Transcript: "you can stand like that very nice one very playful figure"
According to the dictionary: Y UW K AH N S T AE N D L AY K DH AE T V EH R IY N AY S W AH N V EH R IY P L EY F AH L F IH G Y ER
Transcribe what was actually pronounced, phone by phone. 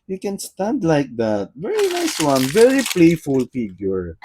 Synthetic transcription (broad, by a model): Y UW K AH N S T AE N D L AY K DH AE T V EH R IY N AY S W AH N V EH R IY P L EY F AH L F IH G Y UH